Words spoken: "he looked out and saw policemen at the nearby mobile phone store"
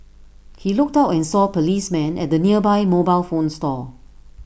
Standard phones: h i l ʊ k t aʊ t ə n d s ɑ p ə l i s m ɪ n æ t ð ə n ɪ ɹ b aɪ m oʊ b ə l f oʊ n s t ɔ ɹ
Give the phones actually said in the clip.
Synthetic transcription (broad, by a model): h i l ʊ k t aʊ t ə n s ɑ p ə l i s m ɪ n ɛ t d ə n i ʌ b aɪ m oʊ b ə l f oʊ n s t ɔ